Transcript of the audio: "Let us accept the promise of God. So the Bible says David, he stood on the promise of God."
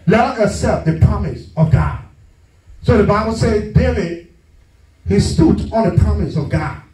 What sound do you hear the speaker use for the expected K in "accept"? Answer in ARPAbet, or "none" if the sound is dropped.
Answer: none